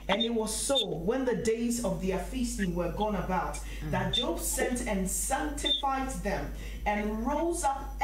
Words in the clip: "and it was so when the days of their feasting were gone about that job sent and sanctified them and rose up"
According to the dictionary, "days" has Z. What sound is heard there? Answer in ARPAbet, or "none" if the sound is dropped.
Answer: Z